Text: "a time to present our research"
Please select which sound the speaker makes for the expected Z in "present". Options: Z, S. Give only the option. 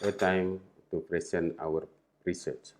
S